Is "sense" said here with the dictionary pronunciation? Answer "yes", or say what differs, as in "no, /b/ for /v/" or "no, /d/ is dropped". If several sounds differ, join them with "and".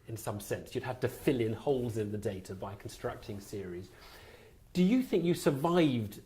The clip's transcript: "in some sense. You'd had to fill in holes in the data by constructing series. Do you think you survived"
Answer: yes